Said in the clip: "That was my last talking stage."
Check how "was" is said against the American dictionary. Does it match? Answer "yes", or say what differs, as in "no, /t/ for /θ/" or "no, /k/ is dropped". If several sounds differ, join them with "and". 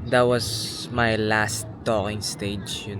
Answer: no, /s/ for /z/